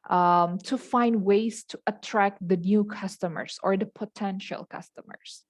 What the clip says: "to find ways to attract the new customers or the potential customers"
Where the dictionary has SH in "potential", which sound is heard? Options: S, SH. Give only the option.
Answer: SH